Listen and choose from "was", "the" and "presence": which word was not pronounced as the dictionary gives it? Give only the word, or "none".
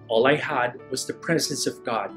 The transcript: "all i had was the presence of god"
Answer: none